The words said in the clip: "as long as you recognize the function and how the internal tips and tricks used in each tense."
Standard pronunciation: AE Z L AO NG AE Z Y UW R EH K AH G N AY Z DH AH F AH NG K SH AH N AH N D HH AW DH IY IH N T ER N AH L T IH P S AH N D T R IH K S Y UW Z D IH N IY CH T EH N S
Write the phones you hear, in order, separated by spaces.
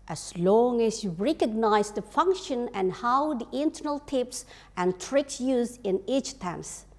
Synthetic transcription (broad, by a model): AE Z L AO NG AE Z Y UW R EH K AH G N AY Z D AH F AH NG K SH AH N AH N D HH AW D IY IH N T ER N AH L T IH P S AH N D T R IH K S Y UW Z D IH N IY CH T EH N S